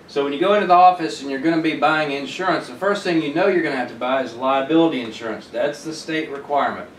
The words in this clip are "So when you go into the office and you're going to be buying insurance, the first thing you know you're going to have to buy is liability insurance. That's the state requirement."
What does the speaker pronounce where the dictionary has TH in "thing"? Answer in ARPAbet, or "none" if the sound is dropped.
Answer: TH